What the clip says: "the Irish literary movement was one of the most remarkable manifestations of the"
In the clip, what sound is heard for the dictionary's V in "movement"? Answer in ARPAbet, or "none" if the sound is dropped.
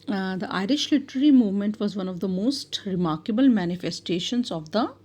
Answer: V